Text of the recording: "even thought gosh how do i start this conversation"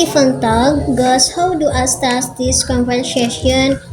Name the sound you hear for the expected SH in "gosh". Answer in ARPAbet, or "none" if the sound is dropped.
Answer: S